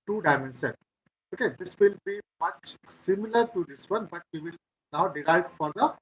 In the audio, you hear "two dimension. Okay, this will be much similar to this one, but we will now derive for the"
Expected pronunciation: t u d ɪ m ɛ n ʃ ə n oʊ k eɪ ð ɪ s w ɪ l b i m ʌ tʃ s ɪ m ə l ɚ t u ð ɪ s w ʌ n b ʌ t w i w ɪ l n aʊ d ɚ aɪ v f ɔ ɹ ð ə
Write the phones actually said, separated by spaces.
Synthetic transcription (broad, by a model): t u d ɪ m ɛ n s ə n oʊ k eɪ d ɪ s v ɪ l b i m ʌ tʃ s ɪ m ə l ɚ t u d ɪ s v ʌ n b ʌ t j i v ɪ l n aʊ d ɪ aɪ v f ɔ ɹ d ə